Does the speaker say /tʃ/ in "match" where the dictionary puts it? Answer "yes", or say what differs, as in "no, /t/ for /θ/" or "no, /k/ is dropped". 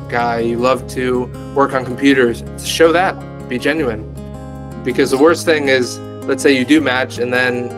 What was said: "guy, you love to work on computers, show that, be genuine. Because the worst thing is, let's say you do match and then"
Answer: yes